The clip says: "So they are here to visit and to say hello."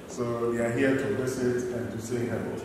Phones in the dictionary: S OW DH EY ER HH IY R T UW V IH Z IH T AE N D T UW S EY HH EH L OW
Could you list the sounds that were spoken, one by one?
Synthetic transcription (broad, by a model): S OW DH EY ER HH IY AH T UW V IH S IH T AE N T UW S EY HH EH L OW